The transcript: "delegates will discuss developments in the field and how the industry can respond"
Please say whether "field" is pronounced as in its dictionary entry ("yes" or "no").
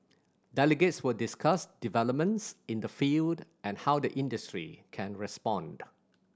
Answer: yes